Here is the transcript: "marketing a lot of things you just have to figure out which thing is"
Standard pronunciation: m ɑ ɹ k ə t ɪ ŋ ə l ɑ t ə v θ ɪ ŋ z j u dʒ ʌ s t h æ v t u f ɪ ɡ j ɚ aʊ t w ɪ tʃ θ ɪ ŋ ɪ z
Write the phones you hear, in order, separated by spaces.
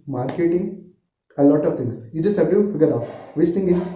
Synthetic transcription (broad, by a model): m ɑ ɹ k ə t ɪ ŋ ə l ɑ t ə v t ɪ ŋ s j u dʒ ʌ s t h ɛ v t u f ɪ ɡ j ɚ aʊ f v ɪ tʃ t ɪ ŋ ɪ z